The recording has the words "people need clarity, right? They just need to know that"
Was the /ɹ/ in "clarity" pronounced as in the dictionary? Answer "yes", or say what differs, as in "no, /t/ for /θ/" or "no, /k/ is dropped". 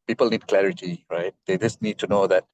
yes